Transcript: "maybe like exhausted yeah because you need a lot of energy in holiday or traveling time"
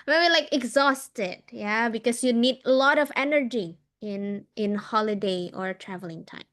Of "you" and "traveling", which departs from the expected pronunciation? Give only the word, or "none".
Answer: none